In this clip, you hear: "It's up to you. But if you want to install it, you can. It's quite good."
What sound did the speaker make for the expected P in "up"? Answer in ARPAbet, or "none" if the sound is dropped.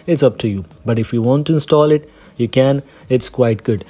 P